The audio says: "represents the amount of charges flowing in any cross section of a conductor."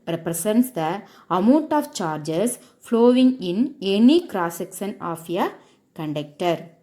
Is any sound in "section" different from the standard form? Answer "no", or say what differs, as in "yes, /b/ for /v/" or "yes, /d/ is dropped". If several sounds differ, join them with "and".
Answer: yes, /s/ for /ʃ/